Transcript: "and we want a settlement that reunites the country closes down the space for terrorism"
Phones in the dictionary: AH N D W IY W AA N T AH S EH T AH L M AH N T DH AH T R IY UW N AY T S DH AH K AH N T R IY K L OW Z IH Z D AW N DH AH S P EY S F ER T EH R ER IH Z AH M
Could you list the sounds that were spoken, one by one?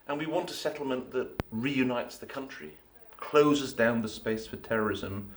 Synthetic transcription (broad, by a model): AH N W IY W AA N T AH S EH T L M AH N DH AH T R IY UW N AY T S DH AH K AH N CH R IY K L OW Z IH Z D AW N DH AH S P EY S F ER T EH R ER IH Z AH M